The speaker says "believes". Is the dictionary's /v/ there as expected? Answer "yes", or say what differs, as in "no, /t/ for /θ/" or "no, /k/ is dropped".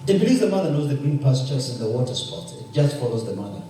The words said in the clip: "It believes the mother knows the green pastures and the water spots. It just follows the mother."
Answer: no, /v/ is dropped